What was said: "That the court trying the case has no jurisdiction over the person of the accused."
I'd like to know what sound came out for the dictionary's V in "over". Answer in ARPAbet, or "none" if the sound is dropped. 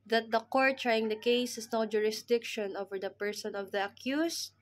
V